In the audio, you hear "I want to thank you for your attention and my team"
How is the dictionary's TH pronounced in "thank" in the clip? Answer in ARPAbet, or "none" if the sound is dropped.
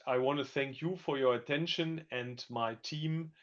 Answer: TH